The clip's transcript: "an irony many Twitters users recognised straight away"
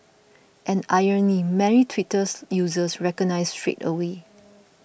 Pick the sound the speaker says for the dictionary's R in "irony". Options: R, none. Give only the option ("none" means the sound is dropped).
none